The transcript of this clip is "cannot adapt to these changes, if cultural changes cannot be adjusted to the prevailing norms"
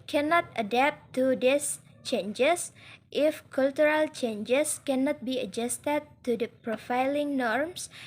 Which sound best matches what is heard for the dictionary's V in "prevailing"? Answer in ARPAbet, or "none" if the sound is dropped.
F